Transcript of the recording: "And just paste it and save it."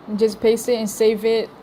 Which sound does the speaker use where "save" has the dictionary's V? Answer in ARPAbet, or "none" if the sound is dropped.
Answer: V